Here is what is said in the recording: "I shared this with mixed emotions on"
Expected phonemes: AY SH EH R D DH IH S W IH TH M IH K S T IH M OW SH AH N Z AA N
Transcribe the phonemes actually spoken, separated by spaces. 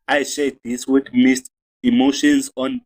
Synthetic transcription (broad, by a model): AY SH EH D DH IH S W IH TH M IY S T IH M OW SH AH N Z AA N